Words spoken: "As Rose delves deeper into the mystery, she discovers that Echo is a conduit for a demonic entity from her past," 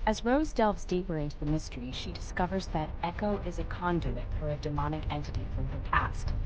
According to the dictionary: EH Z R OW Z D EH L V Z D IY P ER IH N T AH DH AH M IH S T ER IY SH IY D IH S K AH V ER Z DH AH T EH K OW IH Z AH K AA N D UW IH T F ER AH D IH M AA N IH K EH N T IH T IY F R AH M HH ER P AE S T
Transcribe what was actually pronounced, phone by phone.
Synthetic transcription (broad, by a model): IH Z R OW Z D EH L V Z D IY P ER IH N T DH AH M IH S T ER IY SH IY D IH S K AH V ER Z DH AH T EH K OW IH Z AH K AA N D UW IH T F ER AH D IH M AA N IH K EH N T IH T IY F R AH M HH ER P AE S T